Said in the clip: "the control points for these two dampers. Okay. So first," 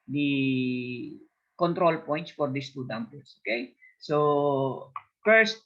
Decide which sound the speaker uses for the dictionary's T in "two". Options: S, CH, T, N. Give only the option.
T